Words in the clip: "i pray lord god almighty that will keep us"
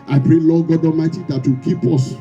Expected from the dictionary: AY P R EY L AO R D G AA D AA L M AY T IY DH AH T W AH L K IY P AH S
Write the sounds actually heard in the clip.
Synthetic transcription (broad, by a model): AY P R EY L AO G AA D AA M AY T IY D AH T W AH K IY P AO S